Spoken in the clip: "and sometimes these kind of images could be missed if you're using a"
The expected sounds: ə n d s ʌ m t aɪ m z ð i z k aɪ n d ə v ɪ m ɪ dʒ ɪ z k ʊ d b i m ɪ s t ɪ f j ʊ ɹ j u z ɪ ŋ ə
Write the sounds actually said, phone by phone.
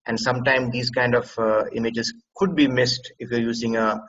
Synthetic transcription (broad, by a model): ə n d s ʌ m t aɪ m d i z k aɪ n d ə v ɪ m ɪ dʒ ɪ z k ʊ d b i m ɪ s t ɪ f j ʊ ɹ j u z ɪ ŋ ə